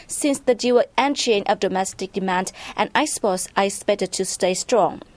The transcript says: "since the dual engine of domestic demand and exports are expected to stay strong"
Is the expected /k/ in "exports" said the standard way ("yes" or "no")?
no